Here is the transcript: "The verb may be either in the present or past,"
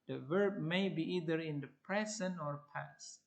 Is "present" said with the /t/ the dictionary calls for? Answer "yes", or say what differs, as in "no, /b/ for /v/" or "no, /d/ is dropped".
no, /t/ is dropped